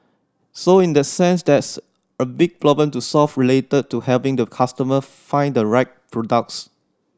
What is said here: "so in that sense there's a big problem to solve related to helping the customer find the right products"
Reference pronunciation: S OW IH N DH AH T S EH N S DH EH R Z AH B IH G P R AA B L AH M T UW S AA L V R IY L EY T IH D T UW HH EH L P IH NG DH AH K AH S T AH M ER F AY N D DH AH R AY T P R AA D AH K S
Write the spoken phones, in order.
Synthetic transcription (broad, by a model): S OW IH N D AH T S EH N S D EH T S AH B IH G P L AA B AH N T UW S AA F R IY L EY T IH D T UW HH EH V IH NG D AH K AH S T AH M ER F AY N D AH R AY T P R AA D AH K S